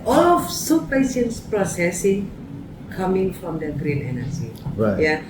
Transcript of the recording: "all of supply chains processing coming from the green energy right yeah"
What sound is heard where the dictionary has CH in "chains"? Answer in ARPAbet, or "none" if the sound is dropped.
SH